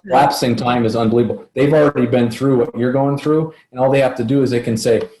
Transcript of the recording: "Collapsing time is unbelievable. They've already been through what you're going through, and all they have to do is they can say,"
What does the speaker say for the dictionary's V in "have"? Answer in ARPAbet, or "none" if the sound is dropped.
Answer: F